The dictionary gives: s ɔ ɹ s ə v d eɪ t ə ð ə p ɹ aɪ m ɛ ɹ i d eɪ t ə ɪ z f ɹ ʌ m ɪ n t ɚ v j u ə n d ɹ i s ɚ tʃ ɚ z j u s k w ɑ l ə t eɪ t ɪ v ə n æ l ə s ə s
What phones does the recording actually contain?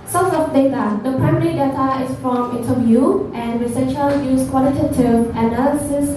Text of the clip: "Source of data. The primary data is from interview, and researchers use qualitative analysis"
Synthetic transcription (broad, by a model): s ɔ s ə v d eɪ t ə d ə p ɹ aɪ m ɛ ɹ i d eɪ t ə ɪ s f ɹ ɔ m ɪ n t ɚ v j u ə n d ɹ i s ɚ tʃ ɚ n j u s k w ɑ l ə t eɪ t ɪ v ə n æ l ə s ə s